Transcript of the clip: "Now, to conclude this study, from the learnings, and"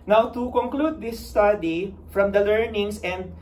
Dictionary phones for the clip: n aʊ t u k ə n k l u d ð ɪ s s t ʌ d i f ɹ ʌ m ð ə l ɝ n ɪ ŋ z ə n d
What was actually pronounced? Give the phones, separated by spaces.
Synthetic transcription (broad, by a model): n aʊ t u k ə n k l u d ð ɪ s s t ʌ d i f ɹ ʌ m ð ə l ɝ n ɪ ŋ s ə n d